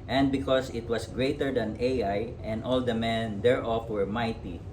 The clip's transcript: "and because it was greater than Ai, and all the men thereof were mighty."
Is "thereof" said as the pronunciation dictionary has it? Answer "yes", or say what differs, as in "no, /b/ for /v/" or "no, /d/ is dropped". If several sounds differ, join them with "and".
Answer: no, /f/ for /v/